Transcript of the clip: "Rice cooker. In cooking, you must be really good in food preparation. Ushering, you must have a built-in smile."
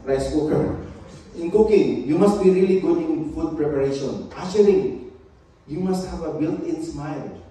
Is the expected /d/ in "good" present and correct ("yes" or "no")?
no